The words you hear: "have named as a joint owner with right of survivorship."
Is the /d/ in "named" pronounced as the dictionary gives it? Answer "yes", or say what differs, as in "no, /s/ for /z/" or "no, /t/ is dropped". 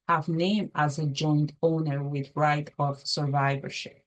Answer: no, /d/ is dropped